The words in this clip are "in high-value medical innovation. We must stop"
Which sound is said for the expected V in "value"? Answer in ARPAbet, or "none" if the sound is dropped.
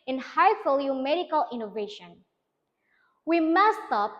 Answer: F